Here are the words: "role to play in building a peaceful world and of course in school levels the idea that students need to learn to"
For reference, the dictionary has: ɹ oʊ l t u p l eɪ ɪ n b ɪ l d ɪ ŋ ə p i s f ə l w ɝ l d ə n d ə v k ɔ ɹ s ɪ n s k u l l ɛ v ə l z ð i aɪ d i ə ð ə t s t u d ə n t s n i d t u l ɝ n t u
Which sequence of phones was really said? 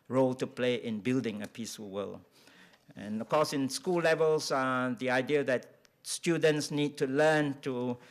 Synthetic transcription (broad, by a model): ɹ oʊ l t u p l eɪ ɪ n b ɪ l d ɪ ŋ ə p i s f ə l w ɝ l ə n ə f k ɔ s ɪ n s k u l l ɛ v ə l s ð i aɪ d i ə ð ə t s t u d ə n t s n i d t u l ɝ n t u